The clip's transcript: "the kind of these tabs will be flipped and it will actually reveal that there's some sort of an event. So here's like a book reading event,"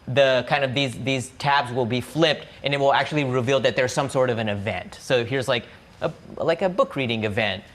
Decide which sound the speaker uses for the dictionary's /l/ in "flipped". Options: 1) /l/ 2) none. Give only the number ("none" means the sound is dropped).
1